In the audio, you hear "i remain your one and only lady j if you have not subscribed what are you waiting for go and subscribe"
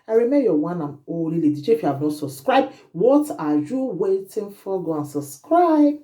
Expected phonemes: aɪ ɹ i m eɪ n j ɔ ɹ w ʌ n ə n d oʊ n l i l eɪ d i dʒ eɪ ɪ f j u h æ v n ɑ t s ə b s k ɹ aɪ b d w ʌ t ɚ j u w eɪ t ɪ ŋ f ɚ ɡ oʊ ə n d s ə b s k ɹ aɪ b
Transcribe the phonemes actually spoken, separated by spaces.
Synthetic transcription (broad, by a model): aɪ ɹ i m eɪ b j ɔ w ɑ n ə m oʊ l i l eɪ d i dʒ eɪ ɪ f j u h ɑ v n ɑ t s ə b s k ɹ aɪ b d w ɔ t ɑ j u w eɪ t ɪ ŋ f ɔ ɡ oʊ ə n s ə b s k ɹ aɪ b